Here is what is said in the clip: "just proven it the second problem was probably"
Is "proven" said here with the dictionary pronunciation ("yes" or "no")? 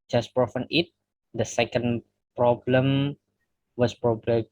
no